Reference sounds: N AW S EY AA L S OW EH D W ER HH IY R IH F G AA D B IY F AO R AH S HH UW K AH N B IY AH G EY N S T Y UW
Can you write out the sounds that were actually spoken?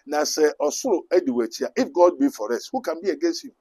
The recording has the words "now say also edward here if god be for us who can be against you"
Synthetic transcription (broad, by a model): N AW S EY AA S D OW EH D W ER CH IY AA IH F G AA D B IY F AO R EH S HH UW K AH N B IY AH G EY N S T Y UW